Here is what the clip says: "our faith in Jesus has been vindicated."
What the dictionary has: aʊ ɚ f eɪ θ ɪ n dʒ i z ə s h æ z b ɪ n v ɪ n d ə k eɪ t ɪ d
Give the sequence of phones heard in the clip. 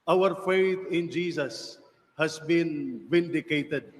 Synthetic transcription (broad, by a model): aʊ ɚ f eɪ t ɪ n dʒ i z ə s h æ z b ɪ n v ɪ n d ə k eɪ t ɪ d